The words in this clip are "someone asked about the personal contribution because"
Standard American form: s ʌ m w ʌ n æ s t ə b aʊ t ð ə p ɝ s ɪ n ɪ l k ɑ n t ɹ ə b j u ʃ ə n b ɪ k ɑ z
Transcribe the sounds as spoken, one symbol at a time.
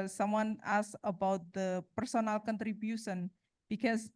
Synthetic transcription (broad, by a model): s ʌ m w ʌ n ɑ s ə b aʊ t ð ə p ɝ s ɪ n ɪ l k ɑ n t ɹ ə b j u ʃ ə n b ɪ k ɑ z